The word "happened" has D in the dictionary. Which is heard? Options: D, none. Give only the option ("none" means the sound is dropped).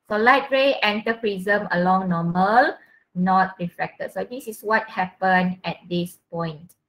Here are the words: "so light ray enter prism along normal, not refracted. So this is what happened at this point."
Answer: none